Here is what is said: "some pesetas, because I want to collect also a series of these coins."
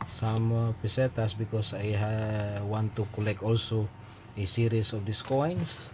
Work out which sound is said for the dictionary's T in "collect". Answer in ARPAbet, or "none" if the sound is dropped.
none